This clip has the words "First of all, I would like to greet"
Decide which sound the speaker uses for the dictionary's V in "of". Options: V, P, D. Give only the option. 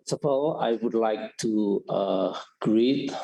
P